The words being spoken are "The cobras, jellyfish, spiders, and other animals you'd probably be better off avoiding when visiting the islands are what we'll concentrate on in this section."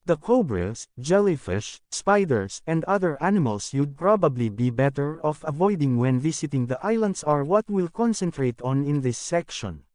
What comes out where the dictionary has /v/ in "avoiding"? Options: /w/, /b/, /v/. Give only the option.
/v/